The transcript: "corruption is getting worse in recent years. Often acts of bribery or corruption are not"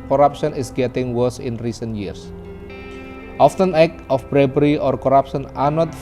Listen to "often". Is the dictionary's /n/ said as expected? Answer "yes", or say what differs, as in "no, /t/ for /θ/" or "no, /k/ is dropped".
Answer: yes